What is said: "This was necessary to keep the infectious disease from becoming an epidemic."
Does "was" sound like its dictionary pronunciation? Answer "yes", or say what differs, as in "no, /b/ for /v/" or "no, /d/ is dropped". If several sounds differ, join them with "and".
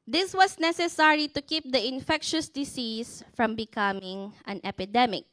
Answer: no, /s/ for /z/